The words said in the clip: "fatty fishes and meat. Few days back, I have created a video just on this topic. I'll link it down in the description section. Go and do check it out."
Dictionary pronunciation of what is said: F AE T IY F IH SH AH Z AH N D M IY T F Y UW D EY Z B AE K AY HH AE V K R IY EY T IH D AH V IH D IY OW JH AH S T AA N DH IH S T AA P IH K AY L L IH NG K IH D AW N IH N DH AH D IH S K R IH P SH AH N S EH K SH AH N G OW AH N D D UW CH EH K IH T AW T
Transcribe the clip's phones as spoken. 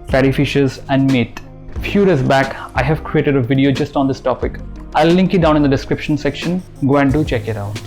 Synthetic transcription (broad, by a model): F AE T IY F IH SH AH Z AH N D M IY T F Y UW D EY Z B AE K AY HH AE V K R IY EY T IH D AH V IH D IY OW JH AH S T AA N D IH S T AA P IH K AY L L IH NG K IH D AW N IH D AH D IH S K R IH P SH AH N S EH K SH AH N G OW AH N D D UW CH EH K IH T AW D